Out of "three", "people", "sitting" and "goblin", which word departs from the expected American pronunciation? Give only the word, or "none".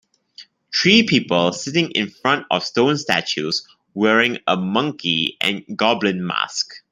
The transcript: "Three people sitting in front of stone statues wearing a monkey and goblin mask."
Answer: three